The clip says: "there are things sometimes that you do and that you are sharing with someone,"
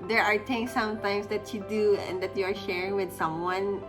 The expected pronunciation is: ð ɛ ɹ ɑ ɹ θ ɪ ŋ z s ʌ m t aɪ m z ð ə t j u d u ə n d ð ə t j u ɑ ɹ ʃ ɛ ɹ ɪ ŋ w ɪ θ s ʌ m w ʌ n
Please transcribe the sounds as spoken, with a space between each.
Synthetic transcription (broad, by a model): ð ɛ ɹ ɑ ɹ t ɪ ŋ s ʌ m t aɪ m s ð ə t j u d u ə n d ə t j u ɑ ɹ ʃ ɛ ɹ ɪ ŋ w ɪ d s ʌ m w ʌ n